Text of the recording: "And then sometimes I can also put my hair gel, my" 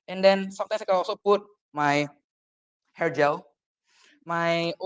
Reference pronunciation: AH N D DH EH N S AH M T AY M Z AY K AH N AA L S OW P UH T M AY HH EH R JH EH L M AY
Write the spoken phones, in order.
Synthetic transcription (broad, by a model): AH N D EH N S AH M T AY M S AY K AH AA S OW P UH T M AY HH EH R JH EH L M AY